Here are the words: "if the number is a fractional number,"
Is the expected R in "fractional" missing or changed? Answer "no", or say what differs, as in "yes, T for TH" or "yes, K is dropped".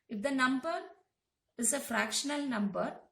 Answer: no